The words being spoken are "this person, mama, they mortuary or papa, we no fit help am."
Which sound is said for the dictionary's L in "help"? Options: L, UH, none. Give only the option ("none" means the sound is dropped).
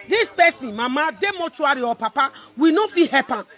none